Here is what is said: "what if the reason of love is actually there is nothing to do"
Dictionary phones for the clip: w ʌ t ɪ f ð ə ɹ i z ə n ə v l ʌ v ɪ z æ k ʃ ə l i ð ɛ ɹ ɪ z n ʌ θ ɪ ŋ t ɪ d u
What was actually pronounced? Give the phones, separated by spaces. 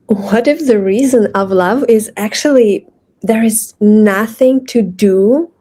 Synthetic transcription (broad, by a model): w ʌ t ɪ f ð ə ɹ i z ə n ə v l ʌ v ɪ z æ k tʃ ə l i ð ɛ ɹ ɪ z n ʌ θ ɪ ŋ t ɪ d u